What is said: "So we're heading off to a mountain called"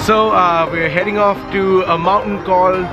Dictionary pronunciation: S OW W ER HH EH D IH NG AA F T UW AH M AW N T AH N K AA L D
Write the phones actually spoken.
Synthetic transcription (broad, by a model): S OW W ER HH EH D IH NG AA F T UW AH M AW N T AH N K AA L